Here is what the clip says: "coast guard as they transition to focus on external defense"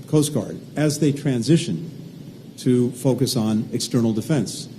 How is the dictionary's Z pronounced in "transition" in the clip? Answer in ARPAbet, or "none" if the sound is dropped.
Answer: Z